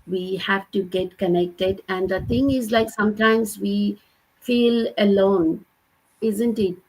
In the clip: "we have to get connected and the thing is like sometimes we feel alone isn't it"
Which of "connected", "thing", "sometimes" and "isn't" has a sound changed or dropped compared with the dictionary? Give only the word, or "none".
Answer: thing